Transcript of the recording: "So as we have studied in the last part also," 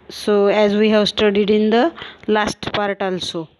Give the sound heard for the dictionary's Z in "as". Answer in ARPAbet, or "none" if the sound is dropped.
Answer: Z